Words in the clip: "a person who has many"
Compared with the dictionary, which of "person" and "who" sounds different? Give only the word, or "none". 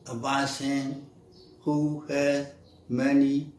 person